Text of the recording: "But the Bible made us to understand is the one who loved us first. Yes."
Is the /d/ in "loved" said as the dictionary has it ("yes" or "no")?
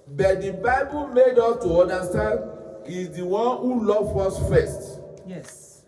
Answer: no